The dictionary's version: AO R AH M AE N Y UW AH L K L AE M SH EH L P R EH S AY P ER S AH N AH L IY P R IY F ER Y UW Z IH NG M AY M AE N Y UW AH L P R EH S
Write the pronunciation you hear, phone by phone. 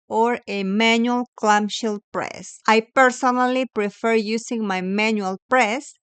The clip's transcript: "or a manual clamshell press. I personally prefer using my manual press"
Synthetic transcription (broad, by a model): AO R AH M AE N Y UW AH L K L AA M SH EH L P R EH S AY P ER S AH N AH L IY P R IY F ER Y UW S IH NG M AY M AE N Y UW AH L P R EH S